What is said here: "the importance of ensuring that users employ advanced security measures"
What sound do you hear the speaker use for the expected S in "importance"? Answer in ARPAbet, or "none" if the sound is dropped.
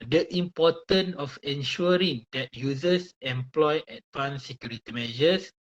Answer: none